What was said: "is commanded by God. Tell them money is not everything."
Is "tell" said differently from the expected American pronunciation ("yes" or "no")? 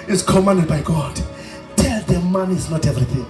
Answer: no